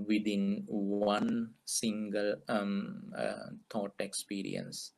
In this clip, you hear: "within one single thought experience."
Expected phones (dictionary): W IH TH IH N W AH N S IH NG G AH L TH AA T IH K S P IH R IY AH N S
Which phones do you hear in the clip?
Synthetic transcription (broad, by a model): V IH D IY N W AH N S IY NG G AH L T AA T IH K S P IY R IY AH N S